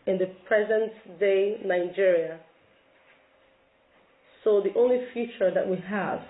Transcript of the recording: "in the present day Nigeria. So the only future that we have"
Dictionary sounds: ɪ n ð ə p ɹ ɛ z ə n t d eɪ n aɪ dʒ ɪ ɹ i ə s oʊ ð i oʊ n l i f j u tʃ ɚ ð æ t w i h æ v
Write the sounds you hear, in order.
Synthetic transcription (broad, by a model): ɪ n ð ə p ɹ ɛ z ə n t d eɪ n aɪ dʒ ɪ ɹ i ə s oʊ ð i oʊ n l i f j u tʃ ɚ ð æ t w i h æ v